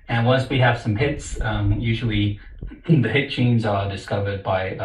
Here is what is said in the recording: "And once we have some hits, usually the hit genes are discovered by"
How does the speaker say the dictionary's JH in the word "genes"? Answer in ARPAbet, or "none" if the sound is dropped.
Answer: CH